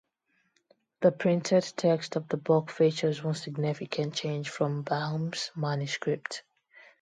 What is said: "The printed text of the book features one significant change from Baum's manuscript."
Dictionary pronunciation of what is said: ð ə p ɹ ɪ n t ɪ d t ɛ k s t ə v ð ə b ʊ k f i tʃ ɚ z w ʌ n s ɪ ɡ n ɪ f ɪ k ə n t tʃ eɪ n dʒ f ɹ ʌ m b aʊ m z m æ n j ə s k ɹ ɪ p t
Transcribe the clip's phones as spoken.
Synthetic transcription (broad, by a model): ð ə p ɹ ɪ n t ɪ d t ɛ k s t ə v ð ə b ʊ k f i tʃ ɚ z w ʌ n s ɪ ɡ n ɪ f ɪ k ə n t tʃ eɪ n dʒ f ɹ ʌ m b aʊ m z m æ n j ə s k ɹ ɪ p t